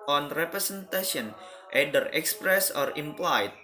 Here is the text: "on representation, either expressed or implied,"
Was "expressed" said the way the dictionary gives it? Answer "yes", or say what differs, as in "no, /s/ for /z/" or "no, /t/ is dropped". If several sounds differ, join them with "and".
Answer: no, /t/ is dropped